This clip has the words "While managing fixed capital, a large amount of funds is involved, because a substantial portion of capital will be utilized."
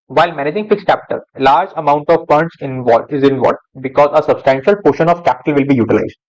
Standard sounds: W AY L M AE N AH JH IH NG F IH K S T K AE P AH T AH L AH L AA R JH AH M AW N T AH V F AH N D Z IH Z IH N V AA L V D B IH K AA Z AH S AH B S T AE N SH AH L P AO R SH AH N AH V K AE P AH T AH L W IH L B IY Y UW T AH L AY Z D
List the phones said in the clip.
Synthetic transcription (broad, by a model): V AY L M AE N AH JH IH NG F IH K S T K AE P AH T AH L L AA R JH AH M AW N T AH V P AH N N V IH Z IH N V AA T B IH K AA Z AH S AH B S T AE N SH AH L P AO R SH AH N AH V K AE P AH T AH L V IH L B IY Y UW T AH L AY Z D